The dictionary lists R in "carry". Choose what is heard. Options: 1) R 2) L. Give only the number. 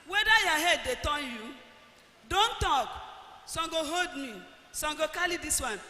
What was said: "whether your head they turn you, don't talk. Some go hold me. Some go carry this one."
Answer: 2